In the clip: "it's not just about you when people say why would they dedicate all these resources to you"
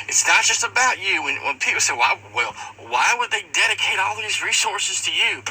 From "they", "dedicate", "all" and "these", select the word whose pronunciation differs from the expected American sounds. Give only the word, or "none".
none